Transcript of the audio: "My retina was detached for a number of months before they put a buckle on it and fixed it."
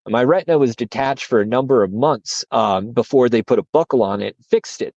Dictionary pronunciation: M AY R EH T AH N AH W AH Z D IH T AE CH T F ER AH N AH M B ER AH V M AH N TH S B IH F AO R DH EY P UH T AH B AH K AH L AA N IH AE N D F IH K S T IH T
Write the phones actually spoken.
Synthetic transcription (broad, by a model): M AY R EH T N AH W AH Z D IH T AE CH T F ER AH N AH M B ER AH V M AH N TH S B IH F AO R DH EY P UH T AH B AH K L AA N IH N F IH K S T IH T